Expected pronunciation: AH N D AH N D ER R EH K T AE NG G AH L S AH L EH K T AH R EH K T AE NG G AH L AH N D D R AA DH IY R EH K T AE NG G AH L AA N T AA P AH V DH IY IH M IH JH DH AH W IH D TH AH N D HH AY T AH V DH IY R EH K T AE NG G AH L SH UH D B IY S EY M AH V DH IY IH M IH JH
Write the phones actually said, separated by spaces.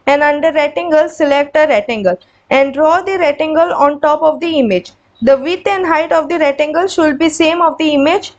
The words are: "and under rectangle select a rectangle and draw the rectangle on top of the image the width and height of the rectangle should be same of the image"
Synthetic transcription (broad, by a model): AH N D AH N D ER R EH T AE NG G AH L S AH L EH K T AH R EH T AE NG G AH L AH N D D R AA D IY R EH T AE NG G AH L AA N T AA P AH V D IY IH M IH JH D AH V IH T AH N D HH AY T AH V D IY R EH T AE NG G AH L SH UH D B IY S EY M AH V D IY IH M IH JH